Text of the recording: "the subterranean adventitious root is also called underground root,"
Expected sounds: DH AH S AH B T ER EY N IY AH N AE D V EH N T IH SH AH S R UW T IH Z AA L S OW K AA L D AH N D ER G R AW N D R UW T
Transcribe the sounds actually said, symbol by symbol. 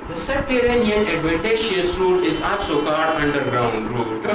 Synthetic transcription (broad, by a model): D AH S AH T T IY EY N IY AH N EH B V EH T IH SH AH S R UW T IH Z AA S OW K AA D AH N D ER G R AW N D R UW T